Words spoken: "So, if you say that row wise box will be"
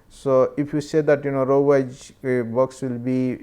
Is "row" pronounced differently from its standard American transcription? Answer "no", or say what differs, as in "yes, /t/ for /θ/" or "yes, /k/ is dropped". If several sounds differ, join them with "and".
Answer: no